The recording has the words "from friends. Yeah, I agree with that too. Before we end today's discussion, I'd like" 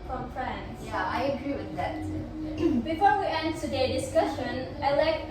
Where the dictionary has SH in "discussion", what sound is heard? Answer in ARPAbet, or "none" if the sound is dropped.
SH